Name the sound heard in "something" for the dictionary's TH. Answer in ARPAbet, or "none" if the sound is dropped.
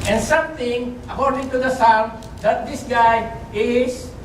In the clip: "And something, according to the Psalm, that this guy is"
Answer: T